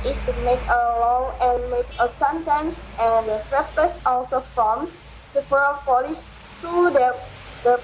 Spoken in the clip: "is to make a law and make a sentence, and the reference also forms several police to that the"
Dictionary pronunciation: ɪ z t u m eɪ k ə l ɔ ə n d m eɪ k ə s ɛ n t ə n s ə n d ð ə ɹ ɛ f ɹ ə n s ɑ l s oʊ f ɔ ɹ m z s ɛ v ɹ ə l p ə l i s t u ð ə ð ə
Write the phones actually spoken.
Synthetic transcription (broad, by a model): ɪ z t u m eɪ k ə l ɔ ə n m eɪ k ə s ɛ n t ə n s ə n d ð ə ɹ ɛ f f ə s ɑ l s oʊ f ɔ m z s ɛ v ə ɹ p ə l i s t u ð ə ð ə